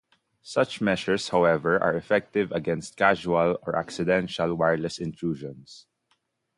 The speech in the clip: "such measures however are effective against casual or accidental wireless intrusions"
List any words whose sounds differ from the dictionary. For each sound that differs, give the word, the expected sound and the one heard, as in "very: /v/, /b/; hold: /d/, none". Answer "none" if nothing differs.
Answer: measures: /ʒ/, /ʃ/; measures: /z/, /s/; intrusions: /z/, /s/